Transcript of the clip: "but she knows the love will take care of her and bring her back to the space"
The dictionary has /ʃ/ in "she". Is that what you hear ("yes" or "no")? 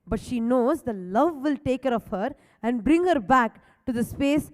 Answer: yes